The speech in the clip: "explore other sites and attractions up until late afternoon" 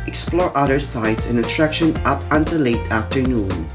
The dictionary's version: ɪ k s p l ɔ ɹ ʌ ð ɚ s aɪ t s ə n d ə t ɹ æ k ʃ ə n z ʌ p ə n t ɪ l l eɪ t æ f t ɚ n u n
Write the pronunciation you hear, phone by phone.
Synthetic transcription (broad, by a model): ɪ k s p l ɔ ɹ ʌ ð ɚ s aɪ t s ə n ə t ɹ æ k ʃ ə n ʌ p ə n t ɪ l l eɪ t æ f t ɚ n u n